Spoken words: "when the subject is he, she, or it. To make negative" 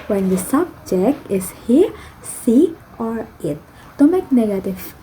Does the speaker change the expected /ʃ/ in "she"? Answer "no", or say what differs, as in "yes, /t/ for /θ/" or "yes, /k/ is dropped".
yes, /s/ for /ʃ/